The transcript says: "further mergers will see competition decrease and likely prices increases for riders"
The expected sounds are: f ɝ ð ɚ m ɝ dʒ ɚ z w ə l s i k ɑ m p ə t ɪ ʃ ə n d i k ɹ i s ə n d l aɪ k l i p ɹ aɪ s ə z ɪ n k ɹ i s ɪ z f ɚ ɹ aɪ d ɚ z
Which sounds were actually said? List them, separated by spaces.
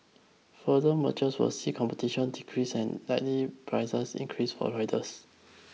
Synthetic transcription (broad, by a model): f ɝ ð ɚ m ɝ tʃ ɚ s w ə s i k ɑ m p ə t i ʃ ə n d i k ɹ i s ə n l aɪ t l i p ɹ aɪ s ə s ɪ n k ɹ i s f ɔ ɹ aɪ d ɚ s